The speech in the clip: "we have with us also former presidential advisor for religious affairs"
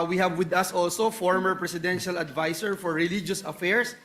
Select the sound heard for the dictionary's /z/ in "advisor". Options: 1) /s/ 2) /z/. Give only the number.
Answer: 1